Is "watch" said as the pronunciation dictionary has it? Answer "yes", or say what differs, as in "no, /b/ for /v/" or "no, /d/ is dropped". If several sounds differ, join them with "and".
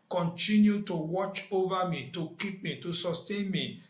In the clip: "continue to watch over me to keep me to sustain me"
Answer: yes